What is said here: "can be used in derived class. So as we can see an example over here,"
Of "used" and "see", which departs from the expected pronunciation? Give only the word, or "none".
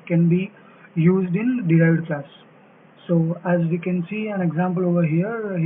none